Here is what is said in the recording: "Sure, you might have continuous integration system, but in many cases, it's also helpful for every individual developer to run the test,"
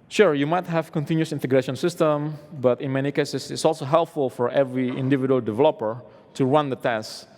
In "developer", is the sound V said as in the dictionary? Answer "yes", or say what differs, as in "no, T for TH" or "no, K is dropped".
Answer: yes